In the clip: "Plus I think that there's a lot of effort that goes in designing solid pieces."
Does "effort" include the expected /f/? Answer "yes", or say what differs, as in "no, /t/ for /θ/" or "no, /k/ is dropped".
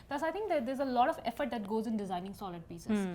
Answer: yes